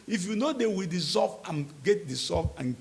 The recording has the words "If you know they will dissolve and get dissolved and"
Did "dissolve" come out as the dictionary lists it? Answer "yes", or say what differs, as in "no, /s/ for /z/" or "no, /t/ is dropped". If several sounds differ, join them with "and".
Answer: no, /l/ is dropped